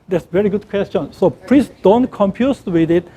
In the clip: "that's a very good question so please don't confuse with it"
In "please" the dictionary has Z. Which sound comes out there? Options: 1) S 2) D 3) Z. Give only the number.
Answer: 1